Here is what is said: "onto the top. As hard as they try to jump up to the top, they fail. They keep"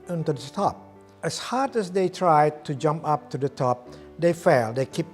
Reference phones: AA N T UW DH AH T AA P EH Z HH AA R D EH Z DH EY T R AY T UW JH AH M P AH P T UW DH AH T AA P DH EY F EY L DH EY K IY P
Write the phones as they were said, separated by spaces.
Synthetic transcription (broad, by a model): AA N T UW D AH T AA P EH S HH AA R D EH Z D EY T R AY T UW JH AH M P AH P T UW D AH T AA P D EY F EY L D EY K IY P